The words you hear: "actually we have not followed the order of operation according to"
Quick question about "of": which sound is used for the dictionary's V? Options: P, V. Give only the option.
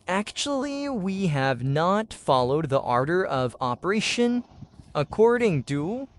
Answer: V